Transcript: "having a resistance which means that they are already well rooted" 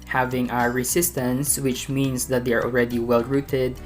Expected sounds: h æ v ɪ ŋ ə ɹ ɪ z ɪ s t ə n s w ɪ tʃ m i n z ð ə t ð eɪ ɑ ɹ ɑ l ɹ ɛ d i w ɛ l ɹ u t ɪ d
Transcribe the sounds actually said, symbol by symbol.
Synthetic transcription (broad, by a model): h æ v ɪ ŋ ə ɹ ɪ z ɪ s t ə n s w ɪ tʃ m i n s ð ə t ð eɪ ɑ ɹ ɑ l ɹ ɛ d i w ɛ l ɹ u t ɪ d